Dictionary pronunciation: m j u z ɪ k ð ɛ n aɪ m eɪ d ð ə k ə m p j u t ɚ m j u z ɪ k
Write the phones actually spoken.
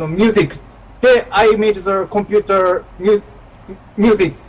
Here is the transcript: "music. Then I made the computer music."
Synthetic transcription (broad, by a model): m j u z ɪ k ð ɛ aɪ m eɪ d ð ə k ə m p j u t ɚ m j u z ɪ k